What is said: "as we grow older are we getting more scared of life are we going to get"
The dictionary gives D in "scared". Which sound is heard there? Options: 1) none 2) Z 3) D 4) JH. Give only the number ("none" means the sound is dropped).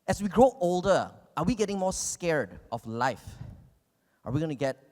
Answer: 3